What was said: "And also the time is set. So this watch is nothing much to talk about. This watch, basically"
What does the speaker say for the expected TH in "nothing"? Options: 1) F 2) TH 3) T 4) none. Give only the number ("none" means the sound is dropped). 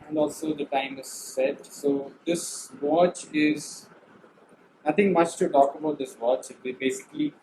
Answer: 3